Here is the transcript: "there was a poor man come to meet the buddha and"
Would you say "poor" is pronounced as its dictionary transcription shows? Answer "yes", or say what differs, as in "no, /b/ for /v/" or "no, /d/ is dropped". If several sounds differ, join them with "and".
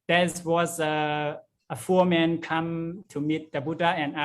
no, /f/ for /p/